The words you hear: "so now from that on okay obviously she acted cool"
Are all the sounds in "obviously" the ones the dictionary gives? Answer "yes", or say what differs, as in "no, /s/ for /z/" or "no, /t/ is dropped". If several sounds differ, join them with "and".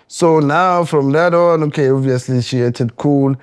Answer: yes